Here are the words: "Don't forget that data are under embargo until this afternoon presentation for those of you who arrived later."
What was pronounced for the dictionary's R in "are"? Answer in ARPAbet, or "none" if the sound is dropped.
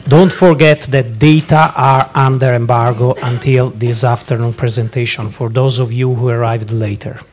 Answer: R